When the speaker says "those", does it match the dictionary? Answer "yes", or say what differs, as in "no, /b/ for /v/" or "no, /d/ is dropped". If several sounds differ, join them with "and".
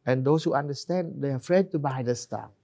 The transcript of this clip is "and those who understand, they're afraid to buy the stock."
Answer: no, /s/ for /z/